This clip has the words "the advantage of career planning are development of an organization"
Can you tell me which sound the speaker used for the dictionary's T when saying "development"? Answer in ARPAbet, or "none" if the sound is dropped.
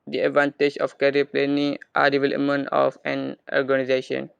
none